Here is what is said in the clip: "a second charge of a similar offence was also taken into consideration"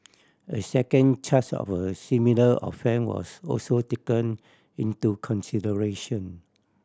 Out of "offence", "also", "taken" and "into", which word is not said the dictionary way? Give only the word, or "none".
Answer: offence